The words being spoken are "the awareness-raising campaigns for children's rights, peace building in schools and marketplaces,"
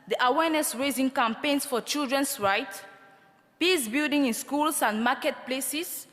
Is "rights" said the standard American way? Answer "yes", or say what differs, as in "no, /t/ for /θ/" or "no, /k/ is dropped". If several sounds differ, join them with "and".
no, /s/ is dropped